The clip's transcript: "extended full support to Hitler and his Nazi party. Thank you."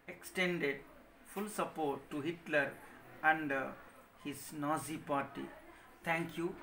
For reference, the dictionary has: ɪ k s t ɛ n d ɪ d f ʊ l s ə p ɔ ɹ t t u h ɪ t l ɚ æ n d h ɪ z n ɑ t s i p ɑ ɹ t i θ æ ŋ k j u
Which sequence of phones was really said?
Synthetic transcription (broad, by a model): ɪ k s t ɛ n d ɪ d f ʊ l s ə p ɔ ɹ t t u h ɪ t l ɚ æ n d h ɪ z n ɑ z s i p ɑ ɹ t i t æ ŋ k j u